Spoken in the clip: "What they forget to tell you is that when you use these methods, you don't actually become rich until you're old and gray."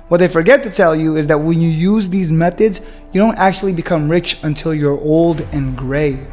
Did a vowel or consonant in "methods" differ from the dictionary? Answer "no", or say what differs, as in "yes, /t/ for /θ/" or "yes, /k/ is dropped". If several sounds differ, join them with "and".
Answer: no